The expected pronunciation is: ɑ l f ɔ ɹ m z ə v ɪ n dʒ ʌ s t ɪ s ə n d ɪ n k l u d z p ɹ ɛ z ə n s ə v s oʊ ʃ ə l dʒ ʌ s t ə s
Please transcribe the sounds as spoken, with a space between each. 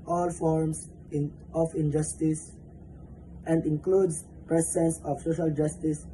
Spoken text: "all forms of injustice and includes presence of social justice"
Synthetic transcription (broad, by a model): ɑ l f ɔ ɹ m s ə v ɪ n dʒ ʌ s t ɪ s ə n d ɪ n k l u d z p ɹ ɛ s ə n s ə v s oʊ ʃ ə l dʒ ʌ s t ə s